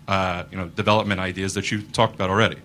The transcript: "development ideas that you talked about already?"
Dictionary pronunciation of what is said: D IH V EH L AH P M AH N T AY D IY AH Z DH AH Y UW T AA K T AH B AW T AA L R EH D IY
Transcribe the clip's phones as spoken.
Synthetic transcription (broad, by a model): D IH V EH L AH P M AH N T AY D IY AH Z DH AH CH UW T AA K T AH B AW T L R EH D IY